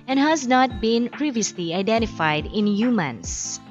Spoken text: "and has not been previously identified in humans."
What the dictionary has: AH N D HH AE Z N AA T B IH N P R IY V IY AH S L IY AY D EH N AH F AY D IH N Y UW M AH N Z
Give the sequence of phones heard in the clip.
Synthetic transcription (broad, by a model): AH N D HH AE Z N AA T B IH N P R IY V IY AH S L IY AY D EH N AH F AY D IH N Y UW M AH N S